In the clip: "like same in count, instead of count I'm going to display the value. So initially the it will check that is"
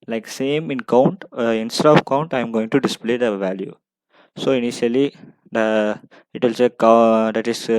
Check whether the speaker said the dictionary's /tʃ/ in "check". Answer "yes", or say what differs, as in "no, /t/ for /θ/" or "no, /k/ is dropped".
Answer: no, /s/ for /tʃ/